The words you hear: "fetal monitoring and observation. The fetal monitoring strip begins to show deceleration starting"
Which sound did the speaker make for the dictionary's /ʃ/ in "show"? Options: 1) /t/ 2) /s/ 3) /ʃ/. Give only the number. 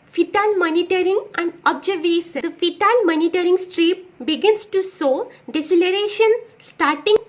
2